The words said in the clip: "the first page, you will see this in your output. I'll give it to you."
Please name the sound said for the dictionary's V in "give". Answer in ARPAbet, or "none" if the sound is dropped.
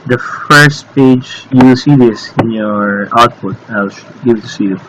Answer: W